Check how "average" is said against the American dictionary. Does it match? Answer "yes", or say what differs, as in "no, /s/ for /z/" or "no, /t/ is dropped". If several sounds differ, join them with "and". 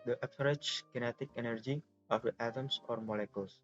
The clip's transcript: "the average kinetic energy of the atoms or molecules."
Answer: no, /p/ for /v/